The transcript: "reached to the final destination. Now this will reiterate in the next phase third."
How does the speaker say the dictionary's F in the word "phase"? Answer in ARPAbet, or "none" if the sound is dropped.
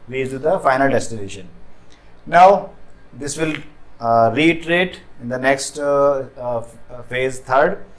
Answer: F